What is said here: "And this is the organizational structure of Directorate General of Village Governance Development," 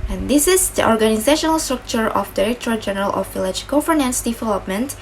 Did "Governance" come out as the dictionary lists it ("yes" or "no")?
no